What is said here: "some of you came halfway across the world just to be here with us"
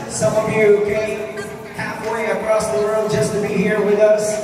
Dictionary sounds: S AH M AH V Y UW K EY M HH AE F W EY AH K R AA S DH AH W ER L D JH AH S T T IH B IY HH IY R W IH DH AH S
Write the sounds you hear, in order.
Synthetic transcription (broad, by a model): S AH M AH V Y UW K EY HH AE F W EY AH K R AA S DH AH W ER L JH AH S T T IH B IY HH IY R W IH DH AH S